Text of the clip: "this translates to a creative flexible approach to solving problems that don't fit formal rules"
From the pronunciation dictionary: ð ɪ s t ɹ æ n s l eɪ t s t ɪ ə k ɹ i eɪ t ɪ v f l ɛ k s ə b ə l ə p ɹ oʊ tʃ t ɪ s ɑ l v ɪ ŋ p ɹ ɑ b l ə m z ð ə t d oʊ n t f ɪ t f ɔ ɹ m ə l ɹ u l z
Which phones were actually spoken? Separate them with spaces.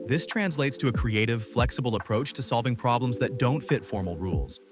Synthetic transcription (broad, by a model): ð ɪ s t ɹ æ n s l eɪ t s t ɪ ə k ɹ i eɪ t ɪ v f l ɛ k s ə b l ə p ɹ oʊ tʃ t ɪ s ɑ l v ɪ ŋ p ɹ ɑ b l ə m z ð ə t d oʊ n t f ɪ t f ɔ ɹ m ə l ɹ u l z